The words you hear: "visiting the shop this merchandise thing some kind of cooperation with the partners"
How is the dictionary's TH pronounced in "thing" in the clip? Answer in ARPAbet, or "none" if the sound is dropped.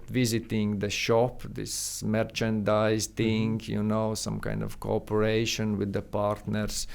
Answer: T